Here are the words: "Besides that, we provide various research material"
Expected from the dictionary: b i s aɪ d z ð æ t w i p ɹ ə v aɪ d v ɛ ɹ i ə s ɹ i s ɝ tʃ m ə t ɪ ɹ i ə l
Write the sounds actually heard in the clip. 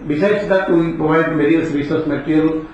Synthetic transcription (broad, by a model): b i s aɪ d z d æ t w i p ɹ ə v aɪ d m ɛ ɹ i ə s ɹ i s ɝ s m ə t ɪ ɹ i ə l